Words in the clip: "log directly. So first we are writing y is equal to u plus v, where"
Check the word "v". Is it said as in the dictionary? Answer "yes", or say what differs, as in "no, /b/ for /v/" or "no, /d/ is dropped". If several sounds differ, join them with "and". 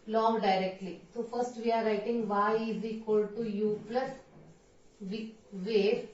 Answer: yes